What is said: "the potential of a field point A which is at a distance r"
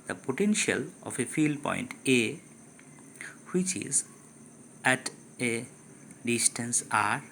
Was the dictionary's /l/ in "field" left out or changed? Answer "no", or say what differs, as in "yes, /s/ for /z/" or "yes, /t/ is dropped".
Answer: no